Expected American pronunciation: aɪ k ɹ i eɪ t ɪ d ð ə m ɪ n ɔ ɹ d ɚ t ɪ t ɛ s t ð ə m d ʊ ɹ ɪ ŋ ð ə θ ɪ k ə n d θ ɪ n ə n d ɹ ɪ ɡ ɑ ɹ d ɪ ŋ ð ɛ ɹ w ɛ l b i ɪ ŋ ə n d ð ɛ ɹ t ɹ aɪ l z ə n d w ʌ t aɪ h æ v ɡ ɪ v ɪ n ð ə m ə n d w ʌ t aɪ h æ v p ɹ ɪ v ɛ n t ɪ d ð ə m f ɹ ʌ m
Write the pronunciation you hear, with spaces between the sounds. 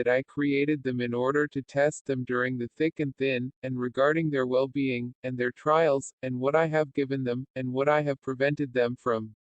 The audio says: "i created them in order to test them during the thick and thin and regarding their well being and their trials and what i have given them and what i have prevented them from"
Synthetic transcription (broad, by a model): aɪ k ɹ i eɪ t ɪ d ð ə m ɪ n ɔ ɹ d ɚ t ɪ t ɛ s t ð ə m d ʊ ɹ ɪ ŋ ð ə θ ɪ k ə n θ ɪ n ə n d ɹ ɪ ɡ ɑ ɹ d ɪ ŋ ð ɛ ɹ w ɛ l b i ɪ ŋ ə n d ð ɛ ɹ t ɹ aɪ l z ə n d w ʌ t aɪ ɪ v ɡ ɪ v ɪ n ð ə m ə n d w ʌ t aɪ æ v p ɹ ɪ v ɛ n t ɪ d ð ə m f ɹ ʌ m